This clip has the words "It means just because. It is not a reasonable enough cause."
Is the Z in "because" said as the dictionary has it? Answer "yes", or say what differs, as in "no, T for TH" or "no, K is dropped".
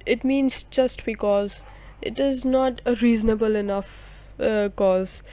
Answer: yes